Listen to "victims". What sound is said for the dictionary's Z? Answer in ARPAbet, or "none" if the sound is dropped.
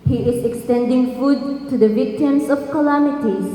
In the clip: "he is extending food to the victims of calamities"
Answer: S